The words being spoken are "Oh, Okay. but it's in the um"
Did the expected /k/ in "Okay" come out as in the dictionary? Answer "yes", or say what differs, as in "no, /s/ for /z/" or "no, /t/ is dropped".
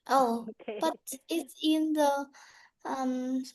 no, /k/ is dropped